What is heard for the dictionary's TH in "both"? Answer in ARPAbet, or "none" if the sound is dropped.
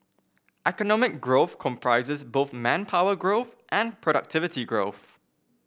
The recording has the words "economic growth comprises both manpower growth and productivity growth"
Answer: TH